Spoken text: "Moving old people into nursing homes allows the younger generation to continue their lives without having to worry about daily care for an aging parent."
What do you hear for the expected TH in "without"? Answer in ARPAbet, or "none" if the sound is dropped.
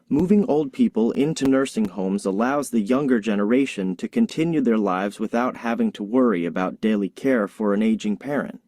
TH